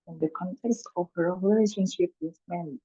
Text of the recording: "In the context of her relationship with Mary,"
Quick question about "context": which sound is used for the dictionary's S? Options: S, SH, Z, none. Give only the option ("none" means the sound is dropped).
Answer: S